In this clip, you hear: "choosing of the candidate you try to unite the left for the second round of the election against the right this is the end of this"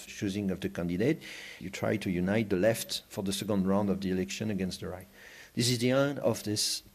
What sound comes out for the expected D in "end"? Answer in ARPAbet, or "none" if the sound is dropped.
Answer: none